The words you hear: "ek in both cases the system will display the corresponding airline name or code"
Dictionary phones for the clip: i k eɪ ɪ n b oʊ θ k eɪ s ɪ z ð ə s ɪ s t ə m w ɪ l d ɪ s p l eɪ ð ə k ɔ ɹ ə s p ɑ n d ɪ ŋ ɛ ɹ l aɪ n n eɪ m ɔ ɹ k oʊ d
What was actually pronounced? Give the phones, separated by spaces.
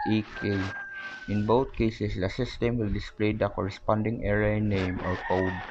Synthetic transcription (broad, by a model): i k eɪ ɪ n b oʊ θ k eɪ s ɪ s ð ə s ɪ s t ə m w ɪ l d ɪ s p l eɪ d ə k ɔ ɹ ə s p ɑ n d ɪ ŋ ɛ ɹ aɪ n n eɪ m ɔ ɹ k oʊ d